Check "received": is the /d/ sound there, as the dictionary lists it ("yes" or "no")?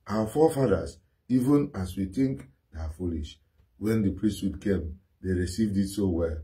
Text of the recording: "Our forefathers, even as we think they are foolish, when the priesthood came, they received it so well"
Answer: yes